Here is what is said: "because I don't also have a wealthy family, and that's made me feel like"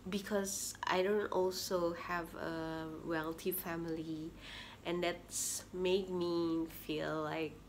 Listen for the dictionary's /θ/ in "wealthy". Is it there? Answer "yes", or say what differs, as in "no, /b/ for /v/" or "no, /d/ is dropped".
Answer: no, /t/ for /θ/